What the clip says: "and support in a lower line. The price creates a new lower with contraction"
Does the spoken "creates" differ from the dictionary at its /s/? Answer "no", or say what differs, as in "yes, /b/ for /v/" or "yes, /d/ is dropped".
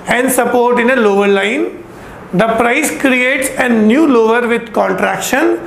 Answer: no